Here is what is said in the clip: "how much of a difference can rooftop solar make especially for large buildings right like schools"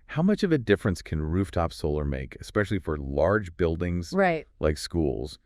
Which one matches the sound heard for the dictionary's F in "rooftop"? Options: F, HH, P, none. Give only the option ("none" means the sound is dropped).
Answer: F